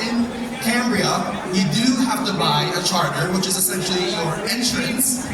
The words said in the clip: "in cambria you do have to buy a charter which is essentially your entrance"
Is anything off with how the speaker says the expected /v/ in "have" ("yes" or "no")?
yes